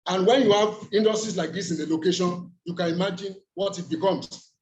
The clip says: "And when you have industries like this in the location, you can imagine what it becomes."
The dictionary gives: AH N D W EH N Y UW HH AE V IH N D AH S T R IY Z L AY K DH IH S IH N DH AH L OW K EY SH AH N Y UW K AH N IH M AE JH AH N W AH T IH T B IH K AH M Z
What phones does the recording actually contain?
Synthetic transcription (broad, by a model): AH N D W EH N Y UW HH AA V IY N D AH S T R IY S L AY K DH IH S IH N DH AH L OW K EY SH AH N Y UW K AH N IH M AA JH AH N W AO T IH T B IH K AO M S